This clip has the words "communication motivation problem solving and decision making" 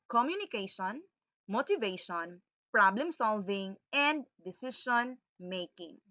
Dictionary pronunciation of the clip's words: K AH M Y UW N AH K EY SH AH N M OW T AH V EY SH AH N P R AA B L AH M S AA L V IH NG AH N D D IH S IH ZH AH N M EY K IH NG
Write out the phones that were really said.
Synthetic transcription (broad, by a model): K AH M Y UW N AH K EY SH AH N M OW T AH V EY SH AH N P R AA B L AH M S AA L V IH NG AH N D D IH S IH SH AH N M EY K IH NG